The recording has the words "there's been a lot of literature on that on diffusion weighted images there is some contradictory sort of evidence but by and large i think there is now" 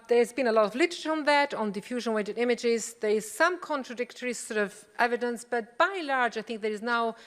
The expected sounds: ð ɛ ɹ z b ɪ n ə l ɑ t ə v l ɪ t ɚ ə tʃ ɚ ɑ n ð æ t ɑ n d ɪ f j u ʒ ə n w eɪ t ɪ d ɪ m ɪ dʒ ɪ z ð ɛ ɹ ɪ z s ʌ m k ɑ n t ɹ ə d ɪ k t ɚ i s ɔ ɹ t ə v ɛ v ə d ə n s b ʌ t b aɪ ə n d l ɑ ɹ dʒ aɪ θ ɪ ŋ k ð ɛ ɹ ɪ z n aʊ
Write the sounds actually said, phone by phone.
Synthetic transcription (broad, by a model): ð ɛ ɹ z b ɪ n ə l ɑ t ə v l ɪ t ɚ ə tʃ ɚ n ð æ t n d ɪ f j u ʒ ə n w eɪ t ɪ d ɪ m ɪ dʒ ɪ z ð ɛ ɹ ɪ z s ʌ m k ɑ n t ɹ ə d ɪ k t ɚ i s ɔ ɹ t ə v ɛ v ə d ə n s b ʌ t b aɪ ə l ɑ ɹ dʒ aɪ θ ɪ ŋ k ð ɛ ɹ ɪ z n aʊ